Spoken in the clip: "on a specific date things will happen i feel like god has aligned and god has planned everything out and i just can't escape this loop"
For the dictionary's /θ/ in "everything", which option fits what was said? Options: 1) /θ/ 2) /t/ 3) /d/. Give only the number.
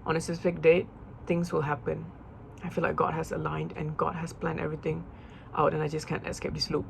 2